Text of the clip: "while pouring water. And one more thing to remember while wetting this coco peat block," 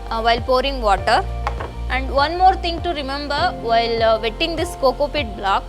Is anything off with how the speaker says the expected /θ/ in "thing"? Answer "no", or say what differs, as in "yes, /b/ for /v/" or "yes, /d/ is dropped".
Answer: yes, /t/ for /θ/